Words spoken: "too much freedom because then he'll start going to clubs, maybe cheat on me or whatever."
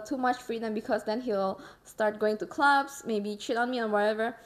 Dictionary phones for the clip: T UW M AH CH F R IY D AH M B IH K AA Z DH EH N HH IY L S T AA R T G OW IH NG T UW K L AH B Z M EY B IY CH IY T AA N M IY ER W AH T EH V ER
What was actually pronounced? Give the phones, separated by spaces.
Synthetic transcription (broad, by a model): T UW M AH CH F R IY D AH M B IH K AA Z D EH N HH IY L S T AA R T G OW IH NG T UW K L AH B S M EY B IY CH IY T AA N M IY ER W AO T EH V ER